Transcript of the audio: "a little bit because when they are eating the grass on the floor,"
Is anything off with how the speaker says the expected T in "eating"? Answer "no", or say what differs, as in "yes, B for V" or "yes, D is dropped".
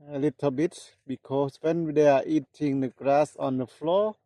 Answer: no